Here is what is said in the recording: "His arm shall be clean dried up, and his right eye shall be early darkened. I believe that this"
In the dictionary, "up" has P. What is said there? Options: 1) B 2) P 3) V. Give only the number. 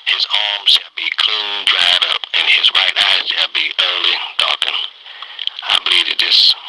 2